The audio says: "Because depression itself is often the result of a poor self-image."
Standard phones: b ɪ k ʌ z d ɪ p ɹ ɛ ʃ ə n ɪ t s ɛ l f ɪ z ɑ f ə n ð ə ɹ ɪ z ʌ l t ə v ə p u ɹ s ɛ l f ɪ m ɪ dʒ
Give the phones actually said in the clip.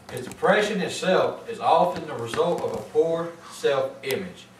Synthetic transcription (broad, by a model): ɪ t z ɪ p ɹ ɛ ʃ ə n ɪ t s ɛ l f ɪ z ɑ f ə n ð ə ɹ ɪ z ʌ l t ə v ə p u ɹ s ɛ l f ɪ m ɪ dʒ